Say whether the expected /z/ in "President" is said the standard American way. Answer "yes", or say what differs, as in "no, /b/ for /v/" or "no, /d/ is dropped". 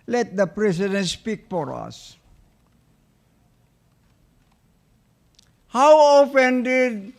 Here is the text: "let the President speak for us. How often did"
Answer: no, /s/ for /z/